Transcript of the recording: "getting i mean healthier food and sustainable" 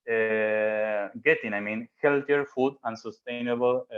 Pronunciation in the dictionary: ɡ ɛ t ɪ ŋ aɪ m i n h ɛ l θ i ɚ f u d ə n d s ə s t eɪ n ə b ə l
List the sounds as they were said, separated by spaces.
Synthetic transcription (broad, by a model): ɡ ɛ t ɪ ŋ aɪ m i n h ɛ l t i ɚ f u d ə n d s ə s t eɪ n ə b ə l